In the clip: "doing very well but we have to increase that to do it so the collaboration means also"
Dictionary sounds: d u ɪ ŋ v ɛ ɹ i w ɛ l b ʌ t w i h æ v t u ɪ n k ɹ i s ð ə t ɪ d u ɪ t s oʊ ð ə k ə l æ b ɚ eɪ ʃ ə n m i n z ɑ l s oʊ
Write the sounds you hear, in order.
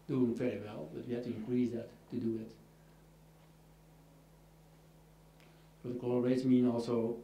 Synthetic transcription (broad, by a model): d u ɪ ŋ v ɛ ɹ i w ɛ l b ʌ t w i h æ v t u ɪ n k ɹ i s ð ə t ɪ d u ɪ t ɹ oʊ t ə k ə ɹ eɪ ə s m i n ɑ l s oʊ